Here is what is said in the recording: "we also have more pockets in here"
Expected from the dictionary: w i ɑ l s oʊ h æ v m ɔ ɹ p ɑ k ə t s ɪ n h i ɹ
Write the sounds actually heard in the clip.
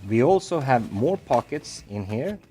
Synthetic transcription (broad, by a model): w i ɑ l s oʊ h æ v m ɔ ɹ p ɑ k ə t s ɪ n h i ɹ